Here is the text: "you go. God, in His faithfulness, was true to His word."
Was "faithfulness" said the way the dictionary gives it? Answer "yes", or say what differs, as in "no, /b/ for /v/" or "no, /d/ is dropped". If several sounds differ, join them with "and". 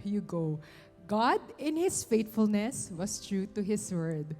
no, /t/ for /θ/